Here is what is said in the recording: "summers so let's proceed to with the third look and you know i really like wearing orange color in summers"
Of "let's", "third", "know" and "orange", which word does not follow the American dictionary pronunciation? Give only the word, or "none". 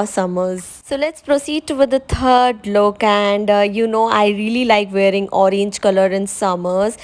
third